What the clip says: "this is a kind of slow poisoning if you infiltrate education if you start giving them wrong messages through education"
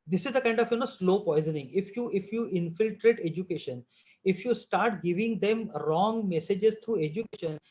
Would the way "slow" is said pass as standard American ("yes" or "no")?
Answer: yes